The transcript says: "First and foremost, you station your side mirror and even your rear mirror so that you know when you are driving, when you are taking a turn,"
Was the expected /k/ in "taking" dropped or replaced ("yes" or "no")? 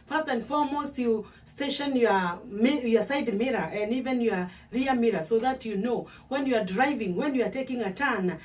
no